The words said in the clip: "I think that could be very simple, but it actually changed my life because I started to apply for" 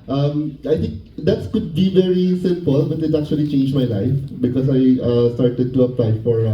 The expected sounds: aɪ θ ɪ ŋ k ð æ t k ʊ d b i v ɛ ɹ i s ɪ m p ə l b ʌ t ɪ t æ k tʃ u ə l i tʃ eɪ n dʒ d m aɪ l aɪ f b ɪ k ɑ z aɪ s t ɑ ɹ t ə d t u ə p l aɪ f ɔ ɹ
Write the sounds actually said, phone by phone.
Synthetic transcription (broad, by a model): aɪ t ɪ ŋ k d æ t k ʊ d b i v ɛ ɹ i s ɪ m p ə l b ʌ t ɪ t æ k tʃ u ə l i tʃ eɪ n dʒ m aɪ l aɪ f b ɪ k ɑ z aɪ s t ɑ ɹ t ə d t u ə p l aɪ f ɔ ɹ